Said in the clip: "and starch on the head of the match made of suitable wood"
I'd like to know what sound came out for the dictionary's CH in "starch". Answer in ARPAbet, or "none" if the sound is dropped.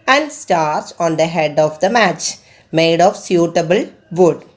S